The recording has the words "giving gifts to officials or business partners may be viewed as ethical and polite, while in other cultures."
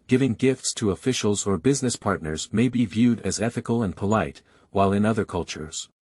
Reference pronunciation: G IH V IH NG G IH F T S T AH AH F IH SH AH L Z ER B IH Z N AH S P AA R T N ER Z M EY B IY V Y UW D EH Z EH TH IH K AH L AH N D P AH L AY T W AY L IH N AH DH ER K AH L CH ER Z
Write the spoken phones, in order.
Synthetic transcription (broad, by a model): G IH V IH NG G IH F T S T AH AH F IH SH L Z ER B IH Z N AH S P AA R T N ER Z M EY B IY V Y UW D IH Z EH TH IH K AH L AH N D P AH L AY T W AY L IH N AH DH ER K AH L CH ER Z